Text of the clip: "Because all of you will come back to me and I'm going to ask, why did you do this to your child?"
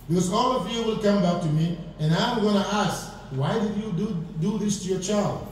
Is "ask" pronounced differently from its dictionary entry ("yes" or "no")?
no